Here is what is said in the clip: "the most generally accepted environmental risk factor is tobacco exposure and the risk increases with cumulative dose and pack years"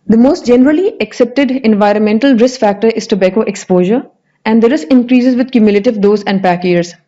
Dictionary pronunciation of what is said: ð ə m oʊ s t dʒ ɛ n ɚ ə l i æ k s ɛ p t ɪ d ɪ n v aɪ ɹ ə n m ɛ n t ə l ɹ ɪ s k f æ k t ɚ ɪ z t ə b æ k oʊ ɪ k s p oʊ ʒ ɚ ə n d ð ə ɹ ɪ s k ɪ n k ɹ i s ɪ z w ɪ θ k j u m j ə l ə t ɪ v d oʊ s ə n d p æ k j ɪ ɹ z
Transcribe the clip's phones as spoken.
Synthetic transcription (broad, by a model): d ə m oʊ s t dʒ ɛ n ɚ ə l i æ k s ɛ p t ɪ d ɪ n v aɪ ɹ ə n m ɛ n t ə l ɹ ɪ s k f æ k t ɚ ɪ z t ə b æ k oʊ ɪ k s p oʊ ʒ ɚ ə n d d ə ɹ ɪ s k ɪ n k ɹ i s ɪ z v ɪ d k j u m j ə l ə t ɪ v d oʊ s ə n d p æ k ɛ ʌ ɹ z